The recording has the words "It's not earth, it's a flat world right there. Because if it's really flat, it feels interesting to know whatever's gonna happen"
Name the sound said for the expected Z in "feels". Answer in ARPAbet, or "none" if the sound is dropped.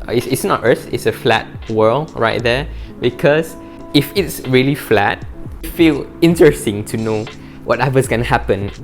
none